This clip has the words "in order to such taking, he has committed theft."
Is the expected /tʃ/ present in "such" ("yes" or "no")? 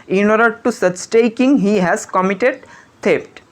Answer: no